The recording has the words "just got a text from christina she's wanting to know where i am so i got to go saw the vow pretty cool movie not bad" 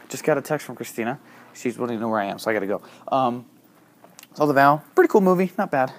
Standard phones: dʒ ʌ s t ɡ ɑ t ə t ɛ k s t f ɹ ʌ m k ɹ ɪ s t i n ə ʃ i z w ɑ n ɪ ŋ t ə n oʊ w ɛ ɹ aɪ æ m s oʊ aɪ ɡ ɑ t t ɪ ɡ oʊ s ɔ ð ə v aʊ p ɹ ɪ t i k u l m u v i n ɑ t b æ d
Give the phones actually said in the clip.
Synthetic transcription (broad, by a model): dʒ ʌ s ɡ ɑ t ə t ɛ k s t f ɹ ʌ m k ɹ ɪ s t i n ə ʃ i z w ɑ l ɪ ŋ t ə n oʊ w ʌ ɹ aɪ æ m s oʊ aɪ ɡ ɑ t t ɪ ɡ oʊ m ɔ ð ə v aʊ p ɹ ɪ t i k u l m u v i n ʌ t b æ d